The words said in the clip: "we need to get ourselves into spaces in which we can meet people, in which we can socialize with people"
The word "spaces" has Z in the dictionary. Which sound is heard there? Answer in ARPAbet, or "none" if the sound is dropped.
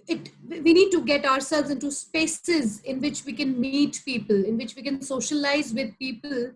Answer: Z